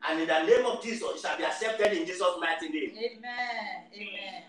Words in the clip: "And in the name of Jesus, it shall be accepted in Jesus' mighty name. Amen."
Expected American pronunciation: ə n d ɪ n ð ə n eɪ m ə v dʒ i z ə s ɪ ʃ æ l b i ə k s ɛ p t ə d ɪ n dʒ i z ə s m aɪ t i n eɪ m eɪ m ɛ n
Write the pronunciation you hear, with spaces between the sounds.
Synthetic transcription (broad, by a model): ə n ɪ n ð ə n eɪ m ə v dʒ i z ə s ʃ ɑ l b i ə k s ɛ p t ə d ɪ n dʒ i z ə s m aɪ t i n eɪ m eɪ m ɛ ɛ